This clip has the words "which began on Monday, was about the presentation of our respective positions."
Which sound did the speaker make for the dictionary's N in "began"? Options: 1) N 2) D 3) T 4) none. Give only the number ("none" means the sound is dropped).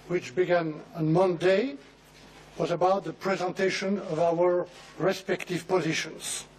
1